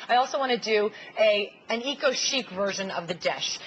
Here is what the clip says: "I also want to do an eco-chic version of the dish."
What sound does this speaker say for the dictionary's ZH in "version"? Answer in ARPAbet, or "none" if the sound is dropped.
ZH